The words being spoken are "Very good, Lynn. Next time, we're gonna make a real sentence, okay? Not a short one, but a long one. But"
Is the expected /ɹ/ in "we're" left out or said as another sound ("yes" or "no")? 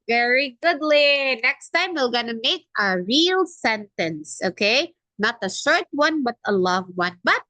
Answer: yes